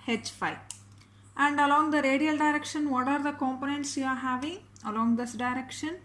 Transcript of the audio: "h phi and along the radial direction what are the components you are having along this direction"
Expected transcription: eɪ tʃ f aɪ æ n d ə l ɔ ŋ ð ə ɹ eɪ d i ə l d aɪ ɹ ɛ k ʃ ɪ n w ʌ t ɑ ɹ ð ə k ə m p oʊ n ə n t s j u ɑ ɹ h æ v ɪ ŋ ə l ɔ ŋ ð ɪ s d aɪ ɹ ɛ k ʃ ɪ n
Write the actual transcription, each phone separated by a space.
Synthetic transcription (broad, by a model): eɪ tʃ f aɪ æ n d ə l ɔ ŋ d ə ɹ eɪ d i ə l d aɪ ɹ ɛ k ʃ ɪ n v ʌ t ɑ ɹ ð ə k ə m p oʊ n ə n t s j u ɑ ɹ h æ v ɪ ŋ ə l ɔ ŋ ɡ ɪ s d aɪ ɹ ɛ k ʃ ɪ n